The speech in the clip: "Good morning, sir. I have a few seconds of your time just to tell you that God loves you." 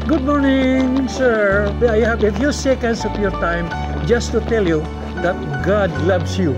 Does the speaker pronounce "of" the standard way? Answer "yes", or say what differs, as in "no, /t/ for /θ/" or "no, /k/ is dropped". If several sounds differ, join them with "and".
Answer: no, /p/ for /v/